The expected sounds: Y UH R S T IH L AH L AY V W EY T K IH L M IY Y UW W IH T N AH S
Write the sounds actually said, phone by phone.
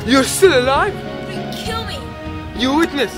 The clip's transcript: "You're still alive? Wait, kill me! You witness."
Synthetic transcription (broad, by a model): Y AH R S T IH L AH L AY V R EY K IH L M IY Y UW W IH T N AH S